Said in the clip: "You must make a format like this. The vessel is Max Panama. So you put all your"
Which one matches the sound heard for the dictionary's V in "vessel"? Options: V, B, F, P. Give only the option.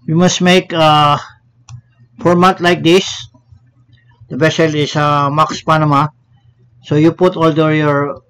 B